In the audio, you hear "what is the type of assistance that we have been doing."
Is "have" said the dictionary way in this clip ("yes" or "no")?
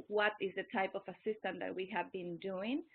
yes